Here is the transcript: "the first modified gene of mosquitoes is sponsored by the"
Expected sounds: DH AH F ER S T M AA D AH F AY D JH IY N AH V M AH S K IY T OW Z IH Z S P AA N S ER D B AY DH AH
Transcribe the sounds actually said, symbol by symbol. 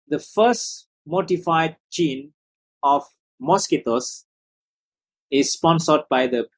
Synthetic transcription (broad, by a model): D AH F ER S T M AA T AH F AY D CH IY N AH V M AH S K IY T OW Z IH Z S P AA N S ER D B AY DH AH